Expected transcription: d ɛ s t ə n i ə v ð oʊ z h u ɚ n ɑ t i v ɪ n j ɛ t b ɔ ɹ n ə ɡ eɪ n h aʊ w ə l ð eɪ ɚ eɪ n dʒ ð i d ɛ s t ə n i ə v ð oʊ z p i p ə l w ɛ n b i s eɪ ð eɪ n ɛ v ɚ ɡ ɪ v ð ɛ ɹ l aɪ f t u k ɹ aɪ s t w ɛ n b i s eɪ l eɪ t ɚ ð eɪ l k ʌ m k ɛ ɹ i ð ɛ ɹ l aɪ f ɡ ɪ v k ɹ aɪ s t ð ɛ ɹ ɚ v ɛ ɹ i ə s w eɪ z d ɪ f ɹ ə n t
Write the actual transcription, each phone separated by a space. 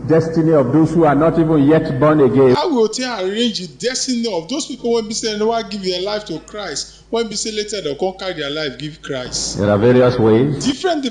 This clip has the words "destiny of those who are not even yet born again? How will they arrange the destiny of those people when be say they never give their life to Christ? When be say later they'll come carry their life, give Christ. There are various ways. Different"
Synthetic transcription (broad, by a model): d ɛ s t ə n i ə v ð oʊ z h u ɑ n ɑ t i v ɪ n j ɛ t b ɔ n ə ɡ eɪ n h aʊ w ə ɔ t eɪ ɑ eɪ n dʒ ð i d ɛ s t ə n i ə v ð oʊ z p i p ə l w ɛ n b i s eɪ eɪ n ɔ w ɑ ɡ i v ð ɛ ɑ l aɪ f t u k ɹ aɪ s t w ɛ n b i s eɪ l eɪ t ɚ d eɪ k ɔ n k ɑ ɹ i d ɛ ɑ l aɪ f ɡ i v k ɹ aɪ s t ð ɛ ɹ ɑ v ɛ ɹ i ə s w eɪ z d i f ɹ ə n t